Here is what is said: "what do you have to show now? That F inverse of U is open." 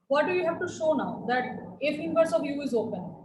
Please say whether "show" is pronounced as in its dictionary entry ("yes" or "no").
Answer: yes